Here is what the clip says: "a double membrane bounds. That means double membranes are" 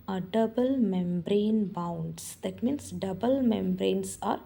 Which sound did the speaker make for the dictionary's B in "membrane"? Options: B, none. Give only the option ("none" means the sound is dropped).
B